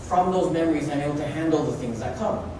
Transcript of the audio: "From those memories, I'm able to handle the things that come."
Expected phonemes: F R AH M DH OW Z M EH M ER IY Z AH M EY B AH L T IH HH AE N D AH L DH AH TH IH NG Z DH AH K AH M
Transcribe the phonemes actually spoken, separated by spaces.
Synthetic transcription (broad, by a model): F R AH M DH OW Z M EH M ER IY Z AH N EY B L T IH HH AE N D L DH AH TH IH NG Z DH AH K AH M